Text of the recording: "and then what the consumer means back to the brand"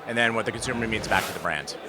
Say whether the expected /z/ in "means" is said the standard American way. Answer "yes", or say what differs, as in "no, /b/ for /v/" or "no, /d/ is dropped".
yes